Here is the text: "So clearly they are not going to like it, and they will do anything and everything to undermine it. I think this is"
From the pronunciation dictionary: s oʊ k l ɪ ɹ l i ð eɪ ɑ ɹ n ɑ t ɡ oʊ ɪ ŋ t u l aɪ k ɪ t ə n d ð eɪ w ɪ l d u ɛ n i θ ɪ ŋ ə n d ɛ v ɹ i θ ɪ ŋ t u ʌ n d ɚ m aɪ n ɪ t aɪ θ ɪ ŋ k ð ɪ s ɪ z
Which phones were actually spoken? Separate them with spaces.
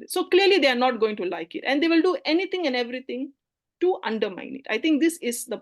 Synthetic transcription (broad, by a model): s oʊ k l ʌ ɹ l i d eɪ ɑ ɹ n ɑ t ɡ oʊ ɪ ŋ t u l aɪ k ɪ t ə n d eɪ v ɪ l d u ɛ n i t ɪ ŋ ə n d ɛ v ɹ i t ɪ ŋ t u ʌ n d ɚ m aɪ n ɪ t aɪ t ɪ ŋ k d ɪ s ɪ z